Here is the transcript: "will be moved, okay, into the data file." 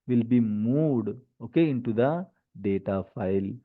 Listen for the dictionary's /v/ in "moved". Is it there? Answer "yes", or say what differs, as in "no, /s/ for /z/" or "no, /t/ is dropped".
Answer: no, /v/ is dropped